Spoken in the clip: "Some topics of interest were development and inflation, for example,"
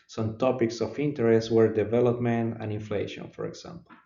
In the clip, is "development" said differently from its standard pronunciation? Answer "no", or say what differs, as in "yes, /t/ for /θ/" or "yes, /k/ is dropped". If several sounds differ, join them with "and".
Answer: no